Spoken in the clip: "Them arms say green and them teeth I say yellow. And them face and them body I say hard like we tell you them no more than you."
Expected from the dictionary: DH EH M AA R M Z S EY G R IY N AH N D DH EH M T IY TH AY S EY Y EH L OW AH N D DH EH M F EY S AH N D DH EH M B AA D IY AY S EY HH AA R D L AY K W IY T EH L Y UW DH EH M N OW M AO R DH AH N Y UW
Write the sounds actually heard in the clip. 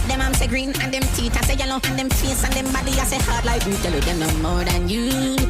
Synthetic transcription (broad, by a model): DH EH M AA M S EY G R IY N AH N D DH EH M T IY T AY S EY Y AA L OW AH N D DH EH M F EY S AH N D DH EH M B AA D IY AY S EY HH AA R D L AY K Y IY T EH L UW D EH N OW M AO R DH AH N Y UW